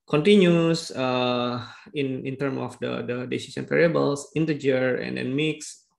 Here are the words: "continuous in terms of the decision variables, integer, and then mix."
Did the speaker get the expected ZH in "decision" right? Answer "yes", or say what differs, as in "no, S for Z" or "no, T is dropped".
no, S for ZH